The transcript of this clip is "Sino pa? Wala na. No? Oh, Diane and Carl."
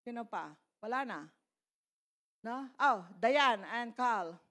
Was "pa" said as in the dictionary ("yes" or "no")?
yes